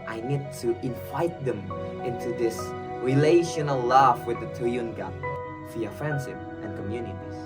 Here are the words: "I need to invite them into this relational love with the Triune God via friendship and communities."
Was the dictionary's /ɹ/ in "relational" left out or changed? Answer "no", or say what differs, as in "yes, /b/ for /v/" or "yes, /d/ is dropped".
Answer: no